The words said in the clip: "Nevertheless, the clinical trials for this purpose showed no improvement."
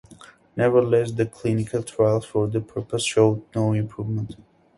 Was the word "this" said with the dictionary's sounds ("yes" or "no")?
no